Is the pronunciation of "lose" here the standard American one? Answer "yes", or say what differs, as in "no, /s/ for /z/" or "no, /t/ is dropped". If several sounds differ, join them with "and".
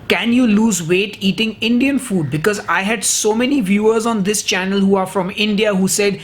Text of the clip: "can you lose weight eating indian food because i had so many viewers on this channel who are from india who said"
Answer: yes